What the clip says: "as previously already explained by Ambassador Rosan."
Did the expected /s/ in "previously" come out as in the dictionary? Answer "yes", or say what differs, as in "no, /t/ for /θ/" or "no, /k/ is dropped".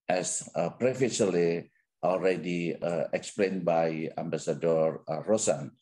no, /s/ is dropped